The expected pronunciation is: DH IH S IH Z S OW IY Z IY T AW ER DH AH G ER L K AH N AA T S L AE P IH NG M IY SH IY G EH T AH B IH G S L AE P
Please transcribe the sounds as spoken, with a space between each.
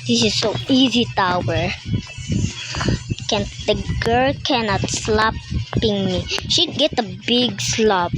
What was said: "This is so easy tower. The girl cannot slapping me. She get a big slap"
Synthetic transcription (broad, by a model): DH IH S IH Z S OW IY Z IY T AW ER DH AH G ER L K AH N AA T S L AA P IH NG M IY SH IY G EH T AH B IH G S L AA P